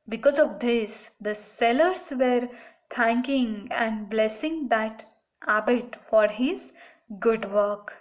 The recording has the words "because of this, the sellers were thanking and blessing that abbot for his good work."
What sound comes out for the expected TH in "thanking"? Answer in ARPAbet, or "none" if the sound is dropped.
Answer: T